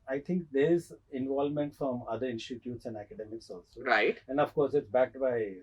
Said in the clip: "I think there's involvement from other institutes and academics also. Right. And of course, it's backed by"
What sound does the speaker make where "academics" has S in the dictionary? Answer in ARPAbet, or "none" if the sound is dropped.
S